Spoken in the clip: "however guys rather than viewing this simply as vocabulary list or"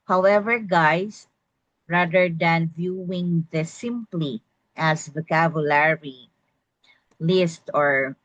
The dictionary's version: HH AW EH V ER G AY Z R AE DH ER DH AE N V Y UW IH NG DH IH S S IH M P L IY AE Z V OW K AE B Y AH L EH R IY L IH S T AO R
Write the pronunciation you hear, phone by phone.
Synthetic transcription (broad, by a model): HH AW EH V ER G AY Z R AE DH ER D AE N V Y UW IH NG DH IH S S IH M P L IY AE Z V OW K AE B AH L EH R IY L IH S T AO R